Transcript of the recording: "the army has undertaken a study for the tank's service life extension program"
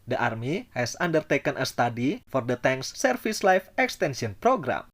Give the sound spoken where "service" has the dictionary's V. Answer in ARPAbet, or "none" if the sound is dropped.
F